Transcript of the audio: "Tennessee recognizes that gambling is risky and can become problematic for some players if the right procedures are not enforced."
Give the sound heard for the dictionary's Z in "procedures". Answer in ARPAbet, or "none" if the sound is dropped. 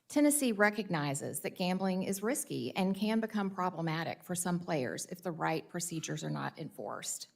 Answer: Z